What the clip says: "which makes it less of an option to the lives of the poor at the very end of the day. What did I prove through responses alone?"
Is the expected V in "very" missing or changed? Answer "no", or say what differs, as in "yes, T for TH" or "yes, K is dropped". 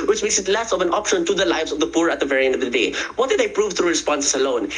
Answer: no